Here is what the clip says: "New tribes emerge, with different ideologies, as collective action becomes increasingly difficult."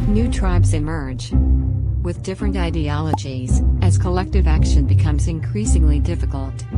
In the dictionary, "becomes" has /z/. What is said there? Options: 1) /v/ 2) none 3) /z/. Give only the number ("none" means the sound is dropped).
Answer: 3